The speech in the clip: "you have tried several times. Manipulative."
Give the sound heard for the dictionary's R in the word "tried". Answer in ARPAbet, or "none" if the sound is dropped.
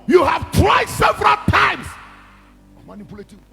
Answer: W